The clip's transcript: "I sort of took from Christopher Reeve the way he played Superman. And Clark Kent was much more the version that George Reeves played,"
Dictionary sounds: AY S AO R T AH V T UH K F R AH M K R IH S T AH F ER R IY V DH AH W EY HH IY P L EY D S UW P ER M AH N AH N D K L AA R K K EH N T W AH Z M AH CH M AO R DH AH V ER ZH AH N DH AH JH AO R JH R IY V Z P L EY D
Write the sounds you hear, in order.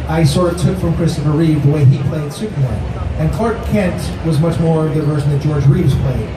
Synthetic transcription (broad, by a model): AY S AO R AH T UH K F R AH M K R IH S T AH F ER R IY V DH AH W EY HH IY P L EY D S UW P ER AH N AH N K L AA R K K EH N T W AH Z M AH CH M AO R DH AH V ER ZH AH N DH AH JH AO R JH R IY V Z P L EY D